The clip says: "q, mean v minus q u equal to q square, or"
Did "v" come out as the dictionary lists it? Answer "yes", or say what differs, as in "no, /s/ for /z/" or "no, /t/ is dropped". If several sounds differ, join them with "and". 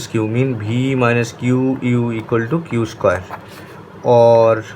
no, /b/ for /v/